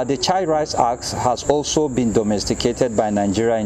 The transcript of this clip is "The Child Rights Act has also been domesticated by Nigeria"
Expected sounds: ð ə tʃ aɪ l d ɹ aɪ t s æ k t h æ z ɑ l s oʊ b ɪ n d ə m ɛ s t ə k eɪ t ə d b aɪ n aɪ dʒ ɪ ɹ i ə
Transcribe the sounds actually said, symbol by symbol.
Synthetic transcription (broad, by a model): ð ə tʃ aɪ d ɹ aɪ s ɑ k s h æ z ɑ l s oʊ b ɪ n d ə m ɛ s t ə k eɪ t ə d b aɪ n aɪ dʒ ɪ ɹ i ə